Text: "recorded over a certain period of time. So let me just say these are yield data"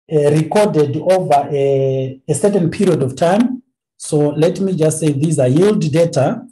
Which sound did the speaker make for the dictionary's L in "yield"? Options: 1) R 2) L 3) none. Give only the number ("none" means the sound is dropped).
2